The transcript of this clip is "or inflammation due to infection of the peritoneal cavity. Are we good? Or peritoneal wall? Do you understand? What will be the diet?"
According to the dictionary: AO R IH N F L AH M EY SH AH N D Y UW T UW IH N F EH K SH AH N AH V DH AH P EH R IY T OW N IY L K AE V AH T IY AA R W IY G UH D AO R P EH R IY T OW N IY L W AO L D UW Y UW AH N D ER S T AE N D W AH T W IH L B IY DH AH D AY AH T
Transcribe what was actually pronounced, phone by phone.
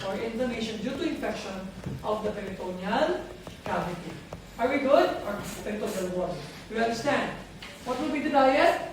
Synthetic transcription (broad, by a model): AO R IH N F AH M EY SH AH N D Y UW T UW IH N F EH K SH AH N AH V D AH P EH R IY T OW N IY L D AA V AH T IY AA R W IY G UH D AO R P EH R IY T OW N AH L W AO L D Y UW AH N D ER S T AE N D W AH T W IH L B IY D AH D AY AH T